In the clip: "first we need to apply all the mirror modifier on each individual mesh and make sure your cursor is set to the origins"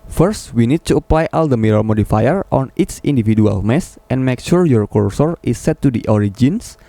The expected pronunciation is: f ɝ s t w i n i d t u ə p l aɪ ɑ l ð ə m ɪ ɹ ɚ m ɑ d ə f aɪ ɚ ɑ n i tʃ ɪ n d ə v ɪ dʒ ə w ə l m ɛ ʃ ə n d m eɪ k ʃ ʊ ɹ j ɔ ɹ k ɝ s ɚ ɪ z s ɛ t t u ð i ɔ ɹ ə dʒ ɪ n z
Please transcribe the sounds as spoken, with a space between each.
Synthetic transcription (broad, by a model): f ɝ s t w i n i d t u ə p l aɪ ɑ l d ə m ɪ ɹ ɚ m ɑ d ə f aɪ ɚ ɑ n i s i n d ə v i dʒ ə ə l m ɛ s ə n m eɪ k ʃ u ɹ j ɔ ɹ k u s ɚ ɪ s ɛ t t u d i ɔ ɹ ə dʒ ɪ n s